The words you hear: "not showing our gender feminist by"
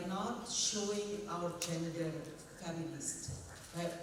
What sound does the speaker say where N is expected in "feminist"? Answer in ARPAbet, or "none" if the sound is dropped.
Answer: L